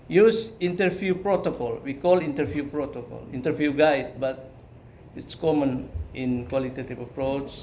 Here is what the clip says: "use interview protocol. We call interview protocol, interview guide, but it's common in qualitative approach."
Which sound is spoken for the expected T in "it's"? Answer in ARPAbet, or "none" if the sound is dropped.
T